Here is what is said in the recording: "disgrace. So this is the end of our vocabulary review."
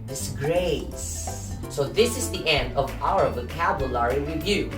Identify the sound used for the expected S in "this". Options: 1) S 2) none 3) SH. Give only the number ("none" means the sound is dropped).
1